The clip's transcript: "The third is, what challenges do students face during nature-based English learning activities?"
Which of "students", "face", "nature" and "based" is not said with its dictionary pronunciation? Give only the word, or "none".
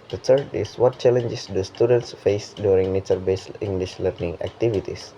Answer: based